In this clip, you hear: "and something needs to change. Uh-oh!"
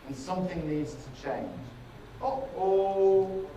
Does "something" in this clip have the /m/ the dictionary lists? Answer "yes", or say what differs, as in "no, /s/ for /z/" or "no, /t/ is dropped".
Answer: yes